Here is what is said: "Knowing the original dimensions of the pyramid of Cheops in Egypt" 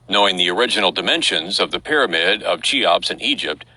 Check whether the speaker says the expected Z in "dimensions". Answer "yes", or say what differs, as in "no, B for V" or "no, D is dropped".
yes